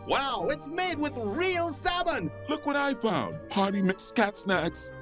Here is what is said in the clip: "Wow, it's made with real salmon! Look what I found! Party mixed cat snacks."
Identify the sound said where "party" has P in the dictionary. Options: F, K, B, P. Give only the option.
P